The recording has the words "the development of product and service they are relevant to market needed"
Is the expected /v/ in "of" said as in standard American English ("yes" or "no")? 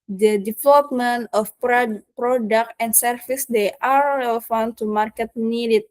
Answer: no